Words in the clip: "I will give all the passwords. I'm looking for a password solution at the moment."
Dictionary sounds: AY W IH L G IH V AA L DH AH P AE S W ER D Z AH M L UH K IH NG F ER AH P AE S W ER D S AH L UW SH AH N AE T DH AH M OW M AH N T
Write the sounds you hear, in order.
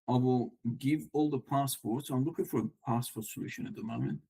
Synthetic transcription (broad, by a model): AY W IH L G IH V AA L DH AH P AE S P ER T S AH M L UH K IH NG F ER AH P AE S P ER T S AH L UW SH AH N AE T DH AH M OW M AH N T